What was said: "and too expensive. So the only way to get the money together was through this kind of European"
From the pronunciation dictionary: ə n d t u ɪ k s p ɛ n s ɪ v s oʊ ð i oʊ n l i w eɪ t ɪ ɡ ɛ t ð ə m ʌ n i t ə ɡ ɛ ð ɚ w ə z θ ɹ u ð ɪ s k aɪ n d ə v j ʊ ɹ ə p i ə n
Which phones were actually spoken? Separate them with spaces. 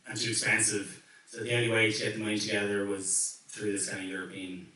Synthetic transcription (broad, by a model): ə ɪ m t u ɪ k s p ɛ n s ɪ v s oʊ ð i oʊ n l i w eɪ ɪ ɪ ɡ ɛ t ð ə m ʌ n i t ə ɡ ɛ ð ɚ w ə z θ ɹ u ð ɪ s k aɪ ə j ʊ ɹ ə p i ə n